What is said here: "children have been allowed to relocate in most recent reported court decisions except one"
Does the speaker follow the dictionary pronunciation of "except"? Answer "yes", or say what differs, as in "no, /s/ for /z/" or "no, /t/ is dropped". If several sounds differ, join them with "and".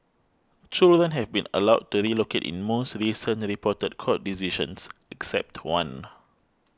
yes